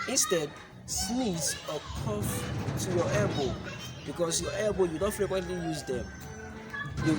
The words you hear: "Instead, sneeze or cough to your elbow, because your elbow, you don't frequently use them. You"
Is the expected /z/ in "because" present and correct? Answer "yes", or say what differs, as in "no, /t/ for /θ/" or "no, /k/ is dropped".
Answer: no, /s/ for /z/